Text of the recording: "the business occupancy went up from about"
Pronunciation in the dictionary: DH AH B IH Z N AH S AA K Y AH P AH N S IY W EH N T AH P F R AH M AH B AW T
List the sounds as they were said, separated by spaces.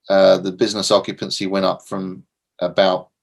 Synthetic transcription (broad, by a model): DH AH B IH Z N AH S AA K Y AH P AH N S IY W EH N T AH P F R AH M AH B AW T